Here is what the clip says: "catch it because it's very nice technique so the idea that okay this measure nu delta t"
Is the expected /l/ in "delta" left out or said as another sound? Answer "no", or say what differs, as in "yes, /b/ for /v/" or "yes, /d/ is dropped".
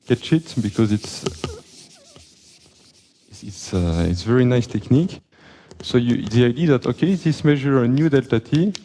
no